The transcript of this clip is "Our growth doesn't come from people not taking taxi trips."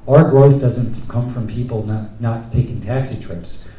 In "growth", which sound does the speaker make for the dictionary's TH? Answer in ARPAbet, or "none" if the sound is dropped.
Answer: TH